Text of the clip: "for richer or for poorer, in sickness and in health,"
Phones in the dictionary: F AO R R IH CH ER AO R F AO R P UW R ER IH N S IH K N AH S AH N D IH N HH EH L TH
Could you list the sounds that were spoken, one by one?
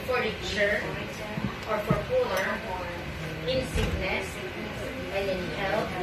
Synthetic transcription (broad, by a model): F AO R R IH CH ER AO R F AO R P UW L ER IH N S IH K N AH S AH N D IH N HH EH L